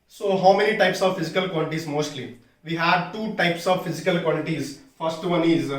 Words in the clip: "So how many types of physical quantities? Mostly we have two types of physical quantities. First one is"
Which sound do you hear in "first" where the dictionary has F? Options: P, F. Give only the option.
F